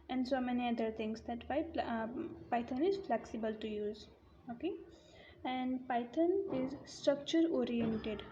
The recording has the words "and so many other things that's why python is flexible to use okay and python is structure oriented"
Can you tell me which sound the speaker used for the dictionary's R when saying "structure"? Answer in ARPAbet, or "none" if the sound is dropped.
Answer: R